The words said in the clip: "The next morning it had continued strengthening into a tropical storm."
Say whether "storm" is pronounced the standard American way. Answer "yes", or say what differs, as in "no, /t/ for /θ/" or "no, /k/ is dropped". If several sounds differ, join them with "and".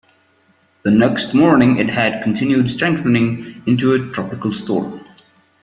no, /m/ is dropped